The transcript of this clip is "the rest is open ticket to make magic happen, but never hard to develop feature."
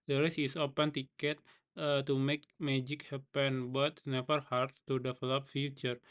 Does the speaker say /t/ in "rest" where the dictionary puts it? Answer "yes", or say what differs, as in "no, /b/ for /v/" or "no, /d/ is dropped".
no, /t/ is dropped